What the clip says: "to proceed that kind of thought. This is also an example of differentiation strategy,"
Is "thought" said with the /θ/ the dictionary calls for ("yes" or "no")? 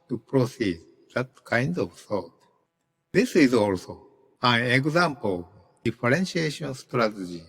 no